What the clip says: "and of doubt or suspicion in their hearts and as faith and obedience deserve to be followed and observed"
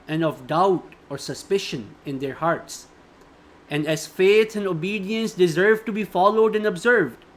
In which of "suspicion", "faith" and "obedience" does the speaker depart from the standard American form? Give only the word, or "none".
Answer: faith